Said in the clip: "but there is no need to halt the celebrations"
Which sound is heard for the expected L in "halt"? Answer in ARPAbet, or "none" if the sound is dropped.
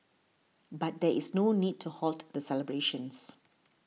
L